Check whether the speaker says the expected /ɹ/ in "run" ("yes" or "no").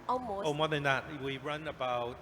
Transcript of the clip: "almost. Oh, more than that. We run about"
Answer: yes